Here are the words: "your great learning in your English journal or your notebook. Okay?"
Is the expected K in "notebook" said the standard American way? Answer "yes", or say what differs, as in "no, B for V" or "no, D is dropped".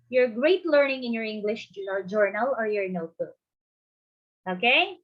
no, K is dropped